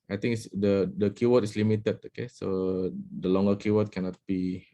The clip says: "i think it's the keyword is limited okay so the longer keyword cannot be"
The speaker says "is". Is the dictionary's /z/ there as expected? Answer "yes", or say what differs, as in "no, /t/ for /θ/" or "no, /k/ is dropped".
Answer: no, /s/ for /z/